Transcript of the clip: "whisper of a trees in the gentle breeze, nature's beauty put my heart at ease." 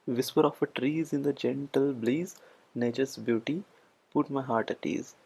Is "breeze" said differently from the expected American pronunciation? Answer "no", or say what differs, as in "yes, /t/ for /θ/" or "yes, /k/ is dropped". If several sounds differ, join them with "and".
yes, /l/ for /ɹ/